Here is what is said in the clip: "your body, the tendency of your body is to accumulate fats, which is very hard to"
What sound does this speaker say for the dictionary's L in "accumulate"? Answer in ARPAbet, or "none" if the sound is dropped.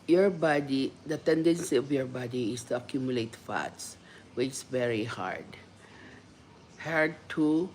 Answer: L